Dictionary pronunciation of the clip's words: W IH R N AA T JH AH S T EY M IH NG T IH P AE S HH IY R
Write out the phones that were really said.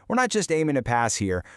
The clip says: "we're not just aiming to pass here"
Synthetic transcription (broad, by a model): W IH R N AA T JH AH S T EY M IH NG T IH P AE S HH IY R